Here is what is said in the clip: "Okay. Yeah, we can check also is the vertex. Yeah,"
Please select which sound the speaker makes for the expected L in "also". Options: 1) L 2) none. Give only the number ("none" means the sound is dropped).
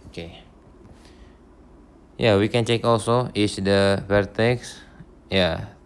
1